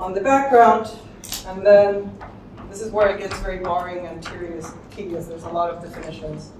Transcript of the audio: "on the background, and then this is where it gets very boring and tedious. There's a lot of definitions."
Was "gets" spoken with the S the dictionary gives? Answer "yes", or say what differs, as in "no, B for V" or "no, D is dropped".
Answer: yes